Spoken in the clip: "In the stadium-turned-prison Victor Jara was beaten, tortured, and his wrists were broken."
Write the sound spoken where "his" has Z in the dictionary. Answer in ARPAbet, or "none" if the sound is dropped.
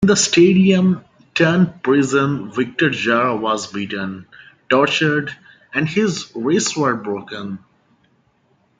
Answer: Z